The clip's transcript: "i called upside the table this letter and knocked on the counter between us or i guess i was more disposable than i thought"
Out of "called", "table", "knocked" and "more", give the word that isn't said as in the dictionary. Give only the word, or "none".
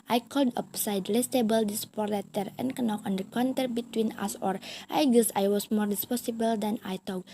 knocked